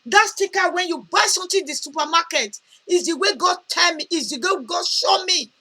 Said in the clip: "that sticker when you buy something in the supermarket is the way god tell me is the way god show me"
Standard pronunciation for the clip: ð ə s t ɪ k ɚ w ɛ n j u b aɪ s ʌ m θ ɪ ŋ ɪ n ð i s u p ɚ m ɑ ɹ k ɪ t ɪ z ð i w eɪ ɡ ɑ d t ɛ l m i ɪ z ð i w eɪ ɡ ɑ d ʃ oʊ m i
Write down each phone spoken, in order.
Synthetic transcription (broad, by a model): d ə s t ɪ k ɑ w ɛ n j u b aɪ s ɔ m t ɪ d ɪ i s u p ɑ m ɑ k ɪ t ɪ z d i w eɪ ɡ ɑ d t ɛ l m i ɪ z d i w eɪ ɡ ɑ d ʃ oʊ m i